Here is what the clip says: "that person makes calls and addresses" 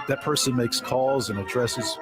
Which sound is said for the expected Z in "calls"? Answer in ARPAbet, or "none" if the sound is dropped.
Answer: Z